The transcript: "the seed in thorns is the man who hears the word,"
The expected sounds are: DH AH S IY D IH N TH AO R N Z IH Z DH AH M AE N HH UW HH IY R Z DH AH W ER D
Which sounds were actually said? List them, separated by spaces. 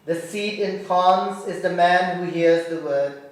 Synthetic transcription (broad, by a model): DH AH S IY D IH N F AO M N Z IH Z DH AH M AE N HH UW HH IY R Z DH AH W ER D